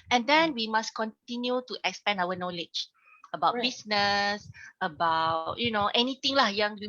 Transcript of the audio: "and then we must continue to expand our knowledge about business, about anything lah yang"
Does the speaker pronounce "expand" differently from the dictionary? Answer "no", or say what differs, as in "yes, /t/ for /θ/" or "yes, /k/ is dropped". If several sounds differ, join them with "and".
yes, /d/ is dropped